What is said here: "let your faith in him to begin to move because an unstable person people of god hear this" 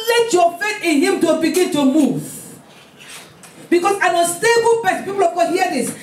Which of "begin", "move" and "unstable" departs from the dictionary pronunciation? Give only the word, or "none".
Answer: unstable